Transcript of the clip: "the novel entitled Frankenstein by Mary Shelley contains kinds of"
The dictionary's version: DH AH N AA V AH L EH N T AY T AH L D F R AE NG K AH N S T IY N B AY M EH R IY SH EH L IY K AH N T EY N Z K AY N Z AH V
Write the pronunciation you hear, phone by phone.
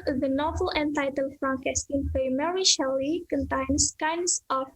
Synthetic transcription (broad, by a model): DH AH N AA V AH L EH N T AY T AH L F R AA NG K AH S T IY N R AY M EH R IY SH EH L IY K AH N T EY N S K AY N S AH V